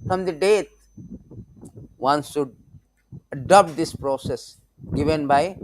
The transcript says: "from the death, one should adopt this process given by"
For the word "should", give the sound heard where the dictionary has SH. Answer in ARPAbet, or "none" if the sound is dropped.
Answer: S